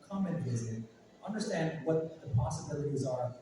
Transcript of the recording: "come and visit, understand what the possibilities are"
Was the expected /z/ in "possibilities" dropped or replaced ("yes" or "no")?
no